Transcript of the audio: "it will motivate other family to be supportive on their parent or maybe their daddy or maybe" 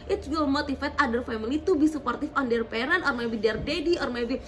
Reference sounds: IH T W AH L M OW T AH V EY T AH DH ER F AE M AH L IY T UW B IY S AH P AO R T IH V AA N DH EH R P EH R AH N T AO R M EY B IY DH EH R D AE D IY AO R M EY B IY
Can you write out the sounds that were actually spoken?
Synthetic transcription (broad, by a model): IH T W AH L M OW T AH F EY T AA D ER F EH M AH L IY T UW B IY S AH P AO R T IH F AA N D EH R P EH R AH N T AO R M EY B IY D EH R D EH D IY AO R M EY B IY